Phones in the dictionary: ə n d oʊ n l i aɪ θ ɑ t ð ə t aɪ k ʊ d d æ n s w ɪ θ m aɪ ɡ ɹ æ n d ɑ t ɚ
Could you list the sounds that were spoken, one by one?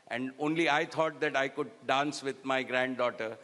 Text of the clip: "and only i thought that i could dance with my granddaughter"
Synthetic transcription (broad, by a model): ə n d oʊ n l i aɪ t ɑ t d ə t aɪ k ʊ d d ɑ n s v ɪ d m aɪ ɡ ɹ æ n d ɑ t ɚ